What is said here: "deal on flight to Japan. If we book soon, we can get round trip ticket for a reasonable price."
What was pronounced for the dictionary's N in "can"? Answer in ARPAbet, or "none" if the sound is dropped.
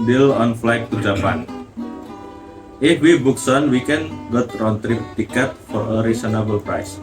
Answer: N